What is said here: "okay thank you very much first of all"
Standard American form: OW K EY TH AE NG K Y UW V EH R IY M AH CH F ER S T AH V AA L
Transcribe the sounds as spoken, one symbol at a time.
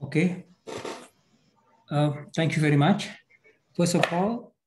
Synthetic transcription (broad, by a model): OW K EY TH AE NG K Y UW V EH R IY M AH CH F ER S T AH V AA L